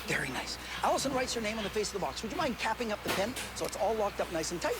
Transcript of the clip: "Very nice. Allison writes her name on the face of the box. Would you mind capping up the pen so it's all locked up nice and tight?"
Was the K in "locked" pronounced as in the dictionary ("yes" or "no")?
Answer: yes